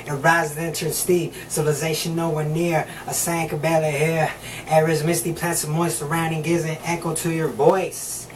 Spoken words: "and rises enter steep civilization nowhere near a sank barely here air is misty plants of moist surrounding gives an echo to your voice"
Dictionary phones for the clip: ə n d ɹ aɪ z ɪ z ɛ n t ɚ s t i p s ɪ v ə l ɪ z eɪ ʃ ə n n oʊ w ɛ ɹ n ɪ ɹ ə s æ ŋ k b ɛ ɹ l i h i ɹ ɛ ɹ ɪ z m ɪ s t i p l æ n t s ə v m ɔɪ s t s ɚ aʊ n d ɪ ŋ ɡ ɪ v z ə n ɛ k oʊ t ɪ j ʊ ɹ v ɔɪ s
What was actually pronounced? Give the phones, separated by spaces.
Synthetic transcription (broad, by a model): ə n ɹ aɪ z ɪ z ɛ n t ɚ s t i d s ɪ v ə l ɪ z eɪ ʃ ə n n oʊ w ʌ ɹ n ɪ ɹ ə s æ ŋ k b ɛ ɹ i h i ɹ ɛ ɹ ɪ z m ɪ s t i p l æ t s ə v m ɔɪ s s ɚ aʊ n d ɪ ŋ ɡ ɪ z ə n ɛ k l t ɪ j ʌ ɹ v ɔɪ s